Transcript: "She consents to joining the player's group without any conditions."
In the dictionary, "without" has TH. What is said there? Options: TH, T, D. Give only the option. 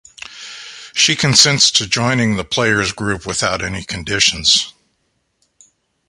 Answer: TH